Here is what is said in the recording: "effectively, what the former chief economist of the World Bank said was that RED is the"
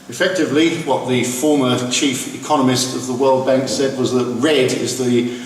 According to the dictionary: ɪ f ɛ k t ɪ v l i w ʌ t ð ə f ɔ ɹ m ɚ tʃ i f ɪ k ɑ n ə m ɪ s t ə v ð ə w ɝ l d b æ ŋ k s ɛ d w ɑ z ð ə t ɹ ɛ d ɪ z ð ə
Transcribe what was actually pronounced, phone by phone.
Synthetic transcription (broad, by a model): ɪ f ɛ k t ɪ v l i w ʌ t ð ə f ɔ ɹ m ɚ tʃ i f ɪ k ɑ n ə m ɪ s t ə v ð ə w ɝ l d b æ ŋ k s ɛ d w ɑ z ð ə t ɹ ɛ d ɪ z ð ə